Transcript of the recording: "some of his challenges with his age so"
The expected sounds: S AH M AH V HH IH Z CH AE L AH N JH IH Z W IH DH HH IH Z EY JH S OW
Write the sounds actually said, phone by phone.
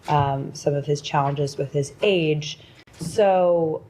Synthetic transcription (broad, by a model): S AH M AH V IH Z CH AE L AH N JH IH Z W IH DH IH Z EY JH S OW